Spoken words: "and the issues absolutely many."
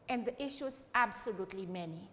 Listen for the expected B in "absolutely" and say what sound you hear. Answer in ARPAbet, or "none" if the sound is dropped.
B